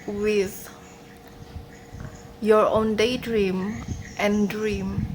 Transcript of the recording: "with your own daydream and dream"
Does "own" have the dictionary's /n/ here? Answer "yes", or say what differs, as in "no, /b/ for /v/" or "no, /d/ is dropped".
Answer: yes